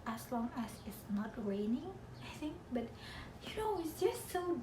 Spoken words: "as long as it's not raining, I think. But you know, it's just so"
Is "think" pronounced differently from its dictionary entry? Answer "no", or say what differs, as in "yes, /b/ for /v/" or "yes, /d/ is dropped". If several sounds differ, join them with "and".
no